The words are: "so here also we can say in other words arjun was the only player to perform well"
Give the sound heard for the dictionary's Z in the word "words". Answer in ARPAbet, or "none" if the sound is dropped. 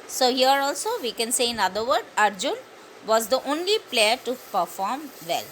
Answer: none